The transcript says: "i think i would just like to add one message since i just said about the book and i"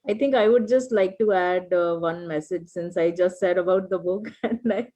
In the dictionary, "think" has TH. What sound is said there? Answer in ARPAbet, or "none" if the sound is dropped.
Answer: T